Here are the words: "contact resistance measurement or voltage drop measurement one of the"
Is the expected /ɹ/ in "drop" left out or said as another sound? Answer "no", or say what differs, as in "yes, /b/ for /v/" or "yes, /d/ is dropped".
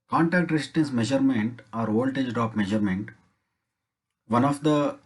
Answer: yes, /ɹ/ is dropped